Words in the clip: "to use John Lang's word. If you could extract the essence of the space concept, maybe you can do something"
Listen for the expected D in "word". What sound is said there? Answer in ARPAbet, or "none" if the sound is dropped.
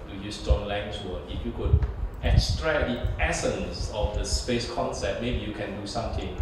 none